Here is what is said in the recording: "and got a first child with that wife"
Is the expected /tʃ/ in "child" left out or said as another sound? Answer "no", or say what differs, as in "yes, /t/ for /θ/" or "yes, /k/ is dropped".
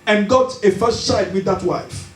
yes, /s/ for /tʃ/